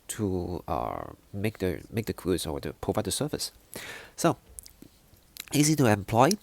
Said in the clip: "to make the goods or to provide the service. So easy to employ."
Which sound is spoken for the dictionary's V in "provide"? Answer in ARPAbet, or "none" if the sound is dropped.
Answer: V